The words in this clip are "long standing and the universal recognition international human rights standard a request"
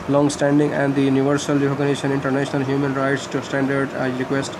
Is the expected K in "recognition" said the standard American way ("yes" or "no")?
no